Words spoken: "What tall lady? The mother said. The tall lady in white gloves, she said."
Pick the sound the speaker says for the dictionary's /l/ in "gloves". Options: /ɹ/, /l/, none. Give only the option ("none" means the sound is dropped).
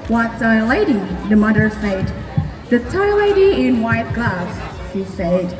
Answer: none